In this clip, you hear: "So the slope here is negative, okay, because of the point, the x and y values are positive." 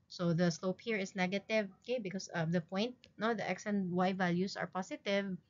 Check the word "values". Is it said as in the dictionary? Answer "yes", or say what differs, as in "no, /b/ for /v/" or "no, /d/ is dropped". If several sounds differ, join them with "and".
no, /s/ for /z/